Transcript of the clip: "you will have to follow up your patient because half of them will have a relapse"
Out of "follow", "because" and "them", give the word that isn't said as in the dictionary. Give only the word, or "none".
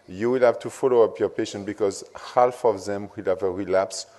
none